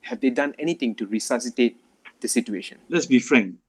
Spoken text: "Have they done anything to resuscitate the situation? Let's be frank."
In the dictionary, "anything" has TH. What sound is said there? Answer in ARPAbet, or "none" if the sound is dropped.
T